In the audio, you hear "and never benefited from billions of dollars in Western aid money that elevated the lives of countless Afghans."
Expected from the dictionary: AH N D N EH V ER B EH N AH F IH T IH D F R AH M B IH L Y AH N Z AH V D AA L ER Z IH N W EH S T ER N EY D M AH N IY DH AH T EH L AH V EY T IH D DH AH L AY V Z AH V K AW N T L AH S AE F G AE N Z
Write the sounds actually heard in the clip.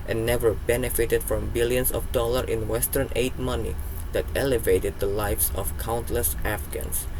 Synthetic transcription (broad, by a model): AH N N EH V ER B EH N AH F IH T IH D F R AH M B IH L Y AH N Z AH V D AA L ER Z IH N W EH S T ER N EY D M AH N IY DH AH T EH L AH V EY T IH D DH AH L AY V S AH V K AW N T L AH S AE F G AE N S